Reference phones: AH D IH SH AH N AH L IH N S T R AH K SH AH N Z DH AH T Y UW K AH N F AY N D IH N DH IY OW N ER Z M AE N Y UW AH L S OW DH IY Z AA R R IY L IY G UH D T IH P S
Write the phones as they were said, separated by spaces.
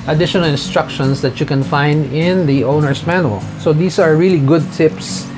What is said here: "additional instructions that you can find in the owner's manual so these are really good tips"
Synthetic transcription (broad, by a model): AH D IH SH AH N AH L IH N S T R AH K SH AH N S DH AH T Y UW K AH N F AY N D IH N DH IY OW N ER S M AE N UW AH L S OW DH IY S AA R R IY L IY G UH D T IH P S